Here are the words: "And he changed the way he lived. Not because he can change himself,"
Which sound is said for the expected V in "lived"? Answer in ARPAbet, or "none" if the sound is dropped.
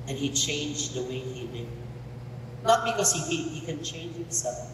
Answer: none